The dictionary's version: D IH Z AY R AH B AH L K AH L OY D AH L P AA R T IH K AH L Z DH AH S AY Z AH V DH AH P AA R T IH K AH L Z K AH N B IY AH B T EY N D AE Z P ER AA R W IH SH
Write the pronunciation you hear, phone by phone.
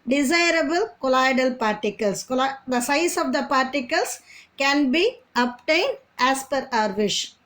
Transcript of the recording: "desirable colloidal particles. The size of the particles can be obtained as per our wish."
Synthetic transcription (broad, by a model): D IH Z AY R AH B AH L K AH L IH D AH L P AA R T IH K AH L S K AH S AY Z AH V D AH P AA R T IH K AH L S K AH N B IY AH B T EY N D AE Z P ER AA R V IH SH